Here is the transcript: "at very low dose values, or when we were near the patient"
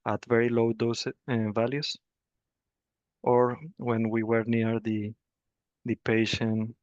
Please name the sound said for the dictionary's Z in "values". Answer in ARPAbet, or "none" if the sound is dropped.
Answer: S